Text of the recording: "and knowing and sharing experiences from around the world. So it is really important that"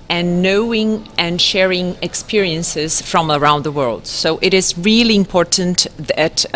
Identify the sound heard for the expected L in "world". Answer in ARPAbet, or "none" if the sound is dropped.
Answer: L